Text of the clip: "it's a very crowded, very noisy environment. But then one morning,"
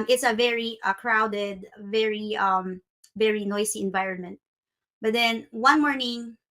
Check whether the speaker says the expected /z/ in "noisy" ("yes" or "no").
no